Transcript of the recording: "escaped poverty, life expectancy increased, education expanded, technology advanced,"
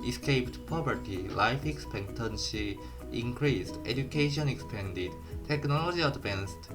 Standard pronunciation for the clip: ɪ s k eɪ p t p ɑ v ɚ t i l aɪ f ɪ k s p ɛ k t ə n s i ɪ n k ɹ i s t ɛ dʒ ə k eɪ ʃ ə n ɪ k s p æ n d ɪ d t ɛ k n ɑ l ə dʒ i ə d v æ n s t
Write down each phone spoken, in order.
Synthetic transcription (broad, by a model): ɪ s k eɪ p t p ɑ p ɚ t i l aɪ f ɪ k s p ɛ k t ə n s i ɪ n k ɹ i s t ɛ dʒ ə k eɪ ʃ ə n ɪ k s p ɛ n d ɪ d t ɛ k n ɑ l ə dʒ i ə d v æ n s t